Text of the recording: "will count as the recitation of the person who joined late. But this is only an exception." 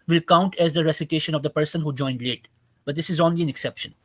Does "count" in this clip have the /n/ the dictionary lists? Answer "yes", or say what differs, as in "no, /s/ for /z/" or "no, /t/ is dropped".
yes